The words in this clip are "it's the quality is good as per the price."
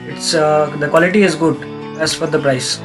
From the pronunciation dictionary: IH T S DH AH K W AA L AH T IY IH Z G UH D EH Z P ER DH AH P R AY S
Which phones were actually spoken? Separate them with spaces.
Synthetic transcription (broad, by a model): IH T S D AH K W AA L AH T IY IH Z G UH D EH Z F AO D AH P R AY S